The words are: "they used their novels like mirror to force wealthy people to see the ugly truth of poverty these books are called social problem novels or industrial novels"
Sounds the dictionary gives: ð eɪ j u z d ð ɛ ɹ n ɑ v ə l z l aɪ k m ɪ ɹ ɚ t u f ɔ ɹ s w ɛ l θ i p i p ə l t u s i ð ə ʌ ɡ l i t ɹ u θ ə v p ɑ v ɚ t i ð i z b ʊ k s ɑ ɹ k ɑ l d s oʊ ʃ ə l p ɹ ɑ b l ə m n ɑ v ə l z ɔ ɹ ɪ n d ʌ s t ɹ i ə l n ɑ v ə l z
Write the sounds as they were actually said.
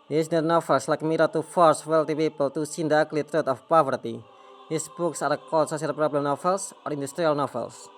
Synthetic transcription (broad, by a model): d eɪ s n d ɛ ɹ n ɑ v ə l s l aɪ k m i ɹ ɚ t u f ɔ ɹ s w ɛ l t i p i p ə l t u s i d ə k l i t ɹ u t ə f p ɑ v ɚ t i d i s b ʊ k s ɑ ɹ k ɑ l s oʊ s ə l p ɹ ɑ b l ə m n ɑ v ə l s ɔ ɹ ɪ n d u s t ɹ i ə l n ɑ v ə l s